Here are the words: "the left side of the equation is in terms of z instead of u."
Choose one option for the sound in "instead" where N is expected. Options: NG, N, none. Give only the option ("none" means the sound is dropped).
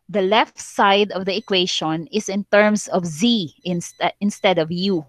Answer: N